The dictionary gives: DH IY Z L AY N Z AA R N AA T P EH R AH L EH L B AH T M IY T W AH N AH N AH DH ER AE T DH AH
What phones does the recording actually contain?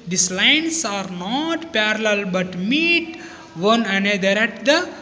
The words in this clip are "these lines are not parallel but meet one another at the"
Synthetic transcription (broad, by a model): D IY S L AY N S AA R N AA T P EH R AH L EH L B AH T M IY T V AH N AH N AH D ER AE T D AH